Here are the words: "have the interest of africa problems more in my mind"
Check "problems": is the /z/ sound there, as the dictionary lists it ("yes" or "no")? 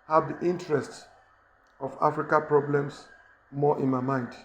no